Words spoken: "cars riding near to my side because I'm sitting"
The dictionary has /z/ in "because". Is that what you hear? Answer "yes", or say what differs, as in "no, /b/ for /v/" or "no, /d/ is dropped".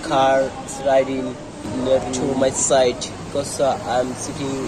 no, /z/ is dropped